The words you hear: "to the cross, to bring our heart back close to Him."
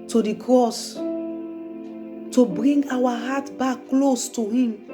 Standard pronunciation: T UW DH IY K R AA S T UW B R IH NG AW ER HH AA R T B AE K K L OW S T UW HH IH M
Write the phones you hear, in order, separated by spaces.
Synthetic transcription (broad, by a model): T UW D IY K R AA S T UW B R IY NG AW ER HH AA T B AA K K L OW S T UW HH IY M